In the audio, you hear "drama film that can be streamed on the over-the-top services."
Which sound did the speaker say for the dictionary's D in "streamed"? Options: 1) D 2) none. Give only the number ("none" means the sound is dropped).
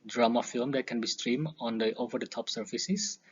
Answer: 2